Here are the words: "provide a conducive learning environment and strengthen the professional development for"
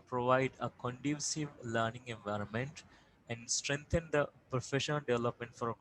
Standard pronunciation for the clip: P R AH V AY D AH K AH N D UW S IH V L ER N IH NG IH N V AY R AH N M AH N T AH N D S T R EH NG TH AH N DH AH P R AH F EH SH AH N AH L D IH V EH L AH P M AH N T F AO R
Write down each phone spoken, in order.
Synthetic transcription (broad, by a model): P R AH V AY D AH K AH N D UW S IH V L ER N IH NG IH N V AY R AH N M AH N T AH N D S T R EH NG T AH N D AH P R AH F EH SH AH N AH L D IH V EH L AH P M AH N T F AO R